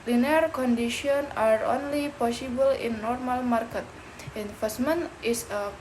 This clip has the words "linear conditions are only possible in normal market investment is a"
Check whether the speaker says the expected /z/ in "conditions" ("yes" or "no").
no